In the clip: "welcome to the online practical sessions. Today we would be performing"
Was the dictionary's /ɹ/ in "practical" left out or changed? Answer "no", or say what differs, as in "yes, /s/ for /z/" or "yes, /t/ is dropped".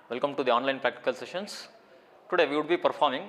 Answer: no